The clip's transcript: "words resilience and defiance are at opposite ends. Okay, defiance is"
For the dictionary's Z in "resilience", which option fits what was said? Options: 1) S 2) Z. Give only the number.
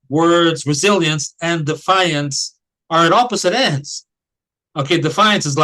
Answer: 2